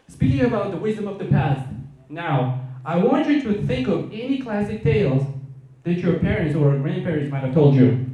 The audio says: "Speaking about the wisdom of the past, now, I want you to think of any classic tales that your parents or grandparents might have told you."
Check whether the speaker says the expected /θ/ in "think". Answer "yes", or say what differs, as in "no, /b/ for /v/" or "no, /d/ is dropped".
yes